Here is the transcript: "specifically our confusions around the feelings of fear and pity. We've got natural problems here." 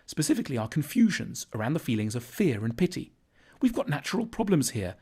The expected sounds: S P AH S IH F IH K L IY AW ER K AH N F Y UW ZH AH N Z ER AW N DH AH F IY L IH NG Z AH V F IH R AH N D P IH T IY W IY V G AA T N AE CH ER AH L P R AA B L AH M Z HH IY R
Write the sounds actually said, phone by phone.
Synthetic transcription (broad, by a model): S P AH S IH F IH K L IY AW ER K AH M F Y UW ZH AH N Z ER AW N DH AH F IY L IH NG Z AH V F IH R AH N P IH T IY W IY V G AA T N AE CH ER AH L P R AA B L AH M Z HH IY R